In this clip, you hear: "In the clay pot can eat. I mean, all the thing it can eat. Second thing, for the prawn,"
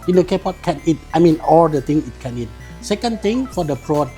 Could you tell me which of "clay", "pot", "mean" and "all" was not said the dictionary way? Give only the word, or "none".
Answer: clay